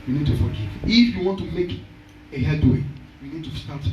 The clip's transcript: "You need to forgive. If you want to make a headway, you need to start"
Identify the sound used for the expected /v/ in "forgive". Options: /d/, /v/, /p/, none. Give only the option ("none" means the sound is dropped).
none